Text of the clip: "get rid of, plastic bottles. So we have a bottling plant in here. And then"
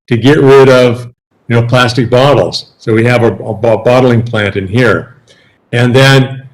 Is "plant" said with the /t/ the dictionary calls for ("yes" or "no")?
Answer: yes